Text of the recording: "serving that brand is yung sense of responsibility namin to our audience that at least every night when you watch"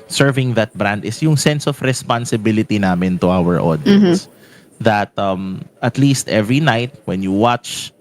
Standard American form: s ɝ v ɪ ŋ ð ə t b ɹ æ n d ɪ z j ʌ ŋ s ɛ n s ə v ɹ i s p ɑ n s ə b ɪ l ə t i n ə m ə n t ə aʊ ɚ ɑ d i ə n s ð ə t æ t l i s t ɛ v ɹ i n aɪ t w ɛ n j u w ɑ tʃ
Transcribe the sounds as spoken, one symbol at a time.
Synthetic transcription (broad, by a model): s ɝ v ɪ ŋ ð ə t b ɹ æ n d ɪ s j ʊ ŋ s ɛ n s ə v ɹ i s p ɑ n s ə b ɪ l ə t i n ə m ə n t ə aʊ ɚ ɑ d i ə s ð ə t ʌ t l i s t ɛ v ɹ i n aɪ t w ɛ n j u w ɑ tʃ